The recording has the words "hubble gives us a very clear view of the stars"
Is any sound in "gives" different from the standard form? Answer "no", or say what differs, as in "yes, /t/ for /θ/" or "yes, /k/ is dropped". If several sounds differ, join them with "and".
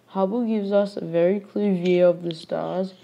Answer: no